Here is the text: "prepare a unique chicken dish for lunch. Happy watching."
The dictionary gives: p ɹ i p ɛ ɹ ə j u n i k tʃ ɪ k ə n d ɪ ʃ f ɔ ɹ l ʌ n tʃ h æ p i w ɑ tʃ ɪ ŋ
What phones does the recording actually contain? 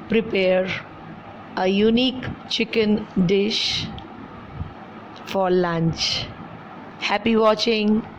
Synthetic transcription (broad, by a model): p ɹ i p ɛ ɹ ə j u n i k tʃ ɪ k ə n d ɪ ʃ f ɔ ɹ l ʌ n tʃ h æ p i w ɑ tʃ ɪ ŋ